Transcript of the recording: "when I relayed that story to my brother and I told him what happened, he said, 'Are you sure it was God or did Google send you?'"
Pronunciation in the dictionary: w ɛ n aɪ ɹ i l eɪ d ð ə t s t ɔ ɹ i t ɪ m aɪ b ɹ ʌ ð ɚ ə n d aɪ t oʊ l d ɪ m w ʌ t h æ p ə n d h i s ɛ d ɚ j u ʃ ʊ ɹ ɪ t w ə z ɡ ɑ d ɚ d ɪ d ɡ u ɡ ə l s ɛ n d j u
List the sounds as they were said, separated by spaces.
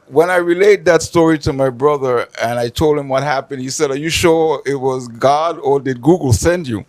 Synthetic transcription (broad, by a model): w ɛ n aɪ ɹ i l eɪ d ð ə t s t ɔ ɹ i t ɪ m aɪ b ɹ ʌ ð ɚ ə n aɪ t oʊ l d ɪ m w ʌ t h æ p ə n d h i s ɛ d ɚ j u ʃ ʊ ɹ ɪ t w ə z ɡ ɑ d ɚ d ɪ d ɡ u ɡ l s ɛ n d j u